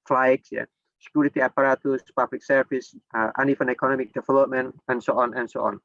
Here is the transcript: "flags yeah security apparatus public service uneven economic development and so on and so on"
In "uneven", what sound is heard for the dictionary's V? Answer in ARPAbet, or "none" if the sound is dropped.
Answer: F